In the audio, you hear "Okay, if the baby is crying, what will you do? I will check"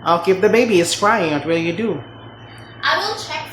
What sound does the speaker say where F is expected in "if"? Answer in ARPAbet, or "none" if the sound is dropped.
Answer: P